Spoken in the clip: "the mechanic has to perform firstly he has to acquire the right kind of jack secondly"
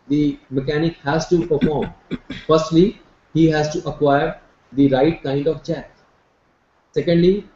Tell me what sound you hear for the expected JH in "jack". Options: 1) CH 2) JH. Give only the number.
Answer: 1